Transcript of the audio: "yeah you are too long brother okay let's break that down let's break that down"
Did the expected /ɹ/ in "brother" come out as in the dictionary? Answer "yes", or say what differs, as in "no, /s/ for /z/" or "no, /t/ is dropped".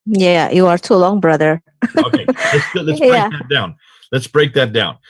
yes